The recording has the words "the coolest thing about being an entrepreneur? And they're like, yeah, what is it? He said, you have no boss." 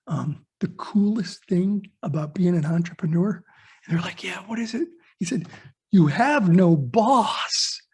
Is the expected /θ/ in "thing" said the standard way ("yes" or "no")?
yes